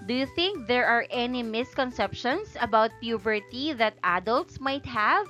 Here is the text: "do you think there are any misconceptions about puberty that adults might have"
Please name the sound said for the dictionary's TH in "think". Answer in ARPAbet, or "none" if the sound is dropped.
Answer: TH